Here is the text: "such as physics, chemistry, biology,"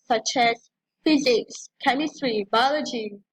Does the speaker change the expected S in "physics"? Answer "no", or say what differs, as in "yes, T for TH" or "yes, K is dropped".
no